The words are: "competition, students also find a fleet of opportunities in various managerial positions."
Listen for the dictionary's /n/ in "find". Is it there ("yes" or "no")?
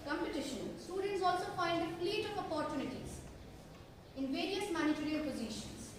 no